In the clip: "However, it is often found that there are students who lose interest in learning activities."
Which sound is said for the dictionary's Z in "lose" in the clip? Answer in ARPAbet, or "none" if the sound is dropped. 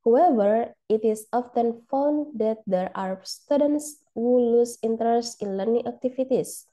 S